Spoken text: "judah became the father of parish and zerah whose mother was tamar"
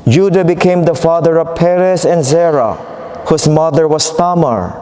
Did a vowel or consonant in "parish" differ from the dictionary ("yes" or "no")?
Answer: yes